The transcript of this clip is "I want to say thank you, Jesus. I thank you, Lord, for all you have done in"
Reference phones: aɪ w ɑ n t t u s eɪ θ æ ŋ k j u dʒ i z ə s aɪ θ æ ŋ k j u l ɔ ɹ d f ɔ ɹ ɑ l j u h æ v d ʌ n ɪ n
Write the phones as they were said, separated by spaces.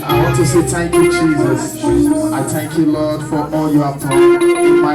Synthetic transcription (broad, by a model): aɪ w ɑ n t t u s eɪ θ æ ŋ k j u dʒ i z ə s aɪ θ æ ŋ k j u l ɔ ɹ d f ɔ ɹ ɑ l j u h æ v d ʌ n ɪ